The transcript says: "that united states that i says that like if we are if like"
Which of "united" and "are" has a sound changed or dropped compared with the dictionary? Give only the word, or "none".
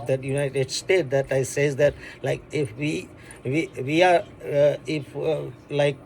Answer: are